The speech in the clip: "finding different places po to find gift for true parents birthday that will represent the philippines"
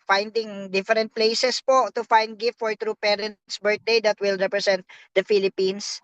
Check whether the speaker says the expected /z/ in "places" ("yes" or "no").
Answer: no